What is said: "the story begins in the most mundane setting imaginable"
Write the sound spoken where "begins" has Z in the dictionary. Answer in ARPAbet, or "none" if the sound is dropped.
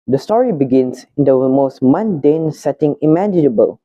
S